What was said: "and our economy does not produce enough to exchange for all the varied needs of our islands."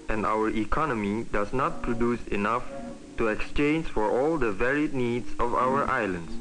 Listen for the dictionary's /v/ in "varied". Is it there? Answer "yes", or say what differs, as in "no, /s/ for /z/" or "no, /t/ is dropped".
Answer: yes